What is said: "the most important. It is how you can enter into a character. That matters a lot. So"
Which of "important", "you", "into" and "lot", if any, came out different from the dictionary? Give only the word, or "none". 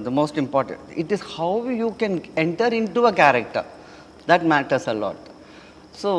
none